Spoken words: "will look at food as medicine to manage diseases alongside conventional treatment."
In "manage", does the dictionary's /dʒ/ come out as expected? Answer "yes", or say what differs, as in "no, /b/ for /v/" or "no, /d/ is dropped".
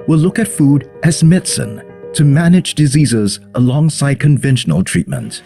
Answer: yes